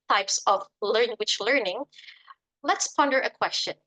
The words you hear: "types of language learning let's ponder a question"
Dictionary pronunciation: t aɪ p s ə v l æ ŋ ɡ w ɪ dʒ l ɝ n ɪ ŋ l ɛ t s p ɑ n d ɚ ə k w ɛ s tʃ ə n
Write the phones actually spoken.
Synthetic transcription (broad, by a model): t aɪ p s ə v l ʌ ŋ w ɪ tʃ l ɝ n ɪ ŋ l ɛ t s p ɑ n d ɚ ə k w ɛ s tʃ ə n